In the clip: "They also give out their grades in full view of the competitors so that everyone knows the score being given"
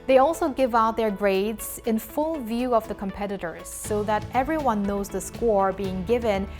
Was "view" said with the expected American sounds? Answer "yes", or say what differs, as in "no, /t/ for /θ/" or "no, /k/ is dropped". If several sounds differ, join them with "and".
yes